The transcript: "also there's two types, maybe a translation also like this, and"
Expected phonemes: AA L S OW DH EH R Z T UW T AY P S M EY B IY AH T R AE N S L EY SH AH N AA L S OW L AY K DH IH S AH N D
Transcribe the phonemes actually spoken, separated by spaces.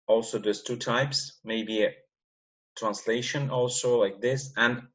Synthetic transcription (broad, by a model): AA L S OW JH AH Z T UW T AY P S M EY B IY AH T R AE N S L EY SH AH N AA L S OW L AY K DH IH S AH N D